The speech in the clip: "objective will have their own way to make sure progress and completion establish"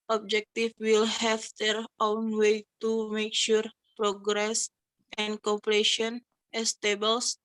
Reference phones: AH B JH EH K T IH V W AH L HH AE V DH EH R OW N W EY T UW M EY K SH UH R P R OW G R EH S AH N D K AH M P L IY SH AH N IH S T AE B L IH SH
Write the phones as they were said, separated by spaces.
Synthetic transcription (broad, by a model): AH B JH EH K T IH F W AH L HH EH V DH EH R OW N W EY T UW M EY K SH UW R P R OW G R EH S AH N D K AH P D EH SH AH N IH S T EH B L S